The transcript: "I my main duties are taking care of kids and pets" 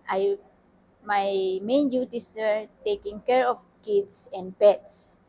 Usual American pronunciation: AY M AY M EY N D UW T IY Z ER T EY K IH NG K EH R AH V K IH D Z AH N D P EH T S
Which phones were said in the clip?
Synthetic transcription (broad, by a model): AY M AY M EY N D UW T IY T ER T EY K IH NG K EH R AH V K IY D S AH N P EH T S